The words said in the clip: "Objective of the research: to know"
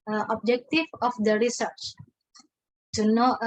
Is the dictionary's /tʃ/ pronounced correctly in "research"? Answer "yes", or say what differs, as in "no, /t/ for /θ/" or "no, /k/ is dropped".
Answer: yes